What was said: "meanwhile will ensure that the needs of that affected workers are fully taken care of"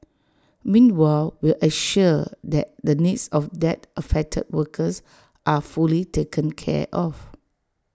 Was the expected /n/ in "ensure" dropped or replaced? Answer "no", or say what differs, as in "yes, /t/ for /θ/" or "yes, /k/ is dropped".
yes, /n/ is dropped